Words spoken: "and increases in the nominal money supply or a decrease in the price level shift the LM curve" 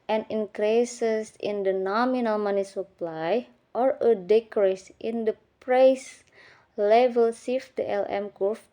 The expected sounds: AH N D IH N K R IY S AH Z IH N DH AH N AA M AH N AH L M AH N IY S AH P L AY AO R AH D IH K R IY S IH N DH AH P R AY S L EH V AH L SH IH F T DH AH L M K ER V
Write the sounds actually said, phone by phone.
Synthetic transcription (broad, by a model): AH N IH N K R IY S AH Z IH N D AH N AA M AH N AH L M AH N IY S AH P L AY AO R AH D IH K R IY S IH N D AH P R AY S L EH V AH L S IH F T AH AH L M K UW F